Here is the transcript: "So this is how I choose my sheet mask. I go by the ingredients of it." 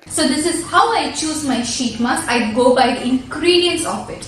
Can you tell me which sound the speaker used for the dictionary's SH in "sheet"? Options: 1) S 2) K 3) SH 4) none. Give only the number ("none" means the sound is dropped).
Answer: 3